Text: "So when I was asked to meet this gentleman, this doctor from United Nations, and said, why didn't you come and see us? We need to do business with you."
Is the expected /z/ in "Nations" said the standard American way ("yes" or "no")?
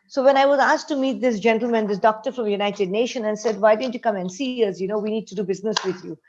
no